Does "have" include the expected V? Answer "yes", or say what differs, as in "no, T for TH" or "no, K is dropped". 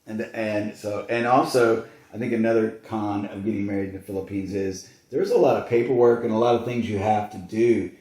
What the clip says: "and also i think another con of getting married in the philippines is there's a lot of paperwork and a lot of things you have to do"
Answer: no, F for V